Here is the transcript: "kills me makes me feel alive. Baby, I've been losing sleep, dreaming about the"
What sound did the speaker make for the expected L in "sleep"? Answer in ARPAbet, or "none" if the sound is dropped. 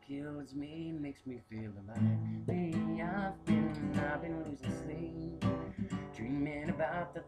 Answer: none